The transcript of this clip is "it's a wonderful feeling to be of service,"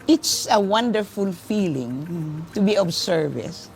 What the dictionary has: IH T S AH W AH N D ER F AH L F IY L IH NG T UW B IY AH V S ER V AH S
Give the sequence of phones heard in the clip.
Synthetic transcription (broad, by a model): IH T S AH W AH N D ER F AH L F IY L IH NG T UW B IY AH B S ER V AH S